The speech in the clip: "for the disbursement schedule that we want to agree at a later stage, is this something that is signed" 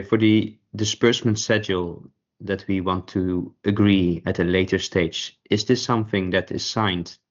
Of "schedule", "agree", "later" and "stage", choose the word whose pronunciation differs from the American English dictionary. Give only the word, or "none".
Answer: schedule